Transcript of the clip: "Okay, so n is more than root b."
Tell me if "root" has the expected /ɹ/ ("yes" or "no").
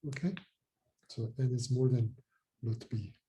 no